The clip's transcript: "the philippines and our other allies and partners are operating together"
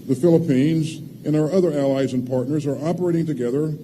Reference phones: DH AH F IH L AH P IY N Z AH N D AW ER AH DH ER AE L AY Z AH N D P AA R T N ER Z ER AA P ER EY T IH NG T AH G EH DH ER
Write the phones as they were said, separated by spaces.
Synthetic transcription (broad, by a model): DH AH F IH L AH P IY N Z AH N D AW ER AH DH ER AE L AY Z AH N P AA R T N ER Z ER AA P ER EY T IH NG T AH G EH DH ER